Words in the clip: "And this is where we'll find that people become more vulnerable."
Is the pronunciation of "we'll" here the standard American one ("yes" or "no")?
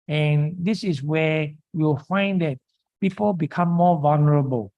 no